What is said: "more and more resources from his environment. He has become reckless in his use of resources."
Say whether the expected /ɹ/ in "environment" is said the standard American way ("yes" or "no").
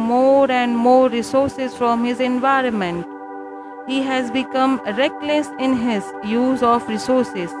yes